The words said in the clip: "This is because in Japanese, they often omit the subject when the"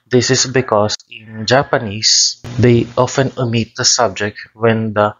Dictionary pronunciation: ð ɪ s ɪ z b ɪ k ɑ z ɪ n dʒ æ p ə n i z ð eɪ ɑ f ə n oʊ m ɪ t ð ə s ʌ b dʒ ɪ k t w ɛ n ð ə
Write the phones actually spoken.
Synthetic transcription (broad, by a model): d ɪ s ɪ s b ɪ k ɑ s ɪ n dʒ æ p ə n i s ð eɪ ɑ f ə n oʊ m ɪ t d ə s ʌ b dʒ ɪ k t w ɛ n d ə